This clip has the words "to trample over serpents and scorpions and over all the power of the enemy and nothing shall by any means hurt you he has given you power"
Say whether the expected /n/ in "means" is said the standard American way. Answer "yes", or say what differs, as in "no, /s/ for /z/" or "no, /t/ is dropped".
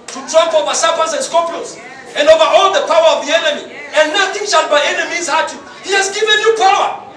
no, /n/ is dropped